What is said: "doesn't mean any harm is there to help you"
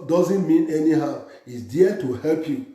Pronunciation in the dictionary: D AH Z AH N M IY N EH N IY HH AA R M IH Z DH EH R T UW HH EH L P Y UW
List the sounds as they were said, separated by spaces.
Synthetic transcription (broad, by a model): D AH Z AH N M IY N EH N IY HH AA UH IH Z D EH T UW HH EH L P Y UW